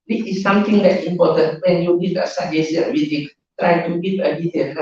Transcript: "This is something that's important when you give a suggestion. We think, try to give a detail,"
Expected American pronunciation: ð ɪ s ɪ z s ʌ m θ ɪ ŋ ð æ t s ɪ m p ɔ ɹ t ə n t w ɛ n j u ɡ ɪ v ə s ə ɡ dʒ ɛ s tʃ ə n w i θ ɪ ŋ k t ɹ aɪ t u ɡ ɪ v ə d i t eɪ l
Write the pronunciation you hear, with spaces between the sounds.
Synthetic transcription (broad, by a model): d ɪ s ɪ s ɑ m t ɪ ŋ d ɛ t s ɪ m p ɔ t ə n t w ɛ n j u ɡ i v ə s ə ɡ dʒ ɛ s ə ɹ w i t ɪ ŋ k t ɹ aɪ t u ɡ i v ə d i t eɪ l